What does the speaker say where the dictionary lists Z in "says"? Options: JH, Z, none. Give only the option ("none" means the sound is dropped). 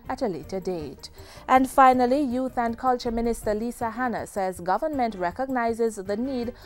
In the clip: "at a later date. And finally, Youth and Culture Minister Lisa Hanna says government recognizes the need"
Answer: Z